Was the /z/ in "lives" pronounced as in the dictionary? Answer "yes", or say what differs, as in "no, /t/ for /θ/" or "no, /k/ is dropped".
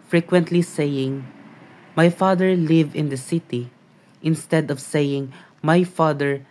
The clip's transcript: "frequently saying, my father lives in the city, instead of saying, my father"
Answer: no, /z/ is dropped